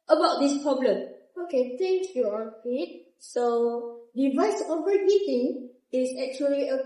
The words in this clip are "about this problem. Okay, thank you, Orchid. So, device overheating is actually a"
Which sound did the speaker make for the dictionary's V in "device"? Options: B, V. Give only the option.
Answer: V